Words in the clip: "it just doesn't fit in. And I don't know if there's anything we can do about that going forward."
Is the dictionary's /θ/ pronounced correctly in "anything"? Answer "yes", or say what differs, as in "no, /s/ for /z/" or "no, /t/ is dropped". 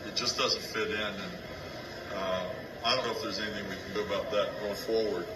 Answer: yes